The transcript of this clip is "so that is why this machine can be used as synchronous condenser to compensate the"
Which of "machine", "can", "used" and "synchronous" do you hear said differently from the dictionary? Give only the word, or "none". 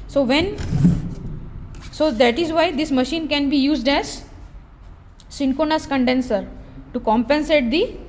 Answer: synchronous